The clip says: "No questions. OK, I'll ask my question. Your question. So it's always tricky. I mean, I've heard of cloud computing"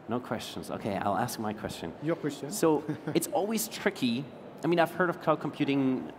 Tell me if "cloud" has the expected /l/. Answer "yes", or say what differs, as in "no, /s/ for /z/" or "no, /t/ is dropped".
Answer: no, /l/ is dropped